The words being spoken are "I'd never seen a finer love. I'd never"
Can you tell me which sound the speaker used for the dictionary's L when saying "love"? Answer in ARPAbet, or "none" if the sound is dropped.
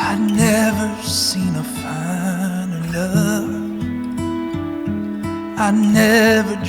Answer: N